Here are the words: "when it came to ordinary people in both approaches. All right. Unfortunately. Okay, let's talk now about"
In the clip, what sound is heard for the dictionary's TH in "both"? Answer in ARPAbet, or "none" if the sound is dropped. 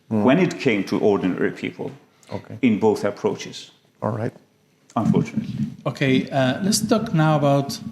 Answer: TH